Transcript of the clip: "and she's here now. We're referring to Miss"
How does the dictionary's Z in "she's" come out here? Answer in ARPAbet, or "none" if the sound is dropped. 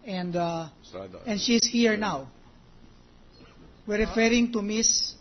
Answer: S